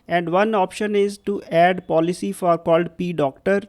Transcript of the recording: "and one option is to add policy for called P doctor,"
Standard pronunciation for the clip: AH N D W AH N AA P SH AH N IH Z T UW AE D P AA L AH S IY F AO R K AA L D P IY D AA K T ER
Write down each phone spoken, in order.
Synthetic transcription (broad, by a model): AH N D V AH N AA P SH AH N IH Z T UW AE D P AA L AH S IY F AO R K AA L D P IY D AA K T ER